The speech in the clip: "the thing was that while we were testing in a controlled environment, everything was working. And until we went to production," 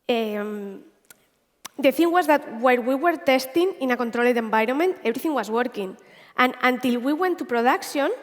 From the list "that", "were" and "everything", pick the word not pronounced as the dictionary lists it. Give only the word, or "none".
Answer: everything